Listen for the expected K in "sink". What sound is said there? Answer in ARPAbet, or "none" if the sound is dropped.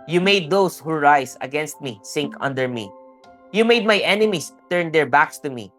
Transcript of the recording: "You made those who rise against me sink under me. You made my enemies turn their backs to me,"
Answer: K